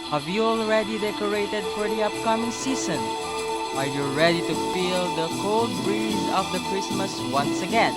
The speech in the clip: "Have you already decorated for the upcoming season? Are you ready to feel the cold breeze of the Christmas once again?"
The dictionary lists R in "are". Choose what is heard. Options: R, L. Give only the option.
L